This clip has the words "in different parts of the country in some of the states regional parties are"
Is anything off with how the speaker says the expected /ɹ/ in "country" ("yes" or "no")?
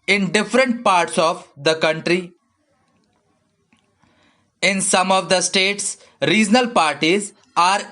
no